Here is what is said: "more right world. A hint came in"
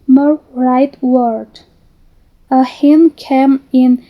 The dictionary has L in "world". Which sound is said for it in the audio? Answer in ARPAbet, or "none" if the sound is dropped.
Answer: none